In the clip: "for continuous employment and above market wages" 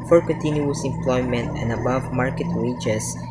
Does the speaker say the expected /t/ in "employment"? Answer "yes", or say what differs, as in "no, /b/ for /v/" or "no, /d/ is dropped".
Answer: yes